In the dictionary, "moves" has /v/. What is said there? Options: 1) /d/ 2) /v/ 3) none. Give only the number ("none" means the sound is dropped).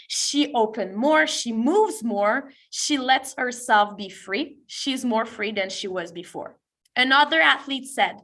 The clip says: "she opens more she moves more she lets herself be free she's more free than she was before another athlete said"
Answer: 2